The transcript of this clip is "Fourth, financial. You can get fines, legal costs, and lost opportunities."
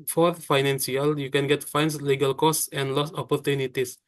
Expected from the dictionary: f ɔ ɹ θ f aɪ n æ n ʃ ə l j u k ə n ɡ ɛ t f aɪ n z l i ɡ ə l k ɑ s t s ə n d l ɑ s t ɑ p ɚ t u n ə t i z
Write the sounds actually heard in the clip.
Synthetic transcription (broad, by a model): f ɔ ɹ f aɪ n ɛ n s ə l j u k ə n ɡ ɛ t f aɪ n s l i ɡ ə l k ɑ s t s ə n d l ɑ s ɑ p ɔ t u n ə t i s